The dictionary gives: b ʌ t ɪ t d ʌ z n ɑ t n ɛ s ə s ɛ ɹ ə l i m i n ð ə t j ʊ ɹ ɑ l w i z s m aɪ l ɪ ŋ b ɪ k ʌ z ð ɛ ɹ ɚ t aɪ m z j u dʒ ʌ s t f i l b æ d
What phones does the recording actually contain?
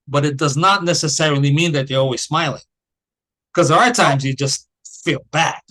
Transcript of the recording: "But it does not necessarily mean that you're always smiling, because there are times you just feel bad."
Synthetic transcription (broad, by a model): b ʌ t ɪ t d ʌ z n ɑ t n ɛ s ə s ɛ ɹ l i m i n ð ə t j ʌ ɹ ɑ l w i z s m aɪ l ɪ ŋ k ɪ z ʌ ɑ ɚ t aɪ m z j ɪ dʒ ʌ s t f i l b æ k